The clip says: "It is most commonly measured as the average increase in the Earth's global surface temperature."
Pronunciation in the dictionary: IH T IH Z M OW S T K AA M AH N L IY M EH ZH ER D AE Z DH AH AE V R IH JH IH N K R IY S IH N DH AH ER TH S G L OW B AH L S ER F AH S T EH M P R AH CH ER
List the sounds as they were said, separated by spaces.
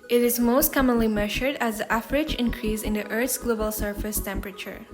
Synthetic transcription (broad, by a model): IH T IH Z M OW S T K AA M AH N L IY M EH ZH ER D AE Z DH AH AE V R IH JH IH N K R IY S IH N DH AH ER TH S G L OW B AH L S ER F AH S T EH M P R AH CH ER